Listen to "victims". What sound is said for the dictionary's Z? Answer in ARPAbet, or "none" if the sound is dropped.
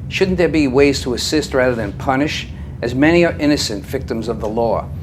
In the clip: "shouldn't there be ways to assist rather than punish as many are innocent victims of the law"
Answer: Z